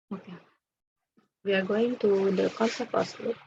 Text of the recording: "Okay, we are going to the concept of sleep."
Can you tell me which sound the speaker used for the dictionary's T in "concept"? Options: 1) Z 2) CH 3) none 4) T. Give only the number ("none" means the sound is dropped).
3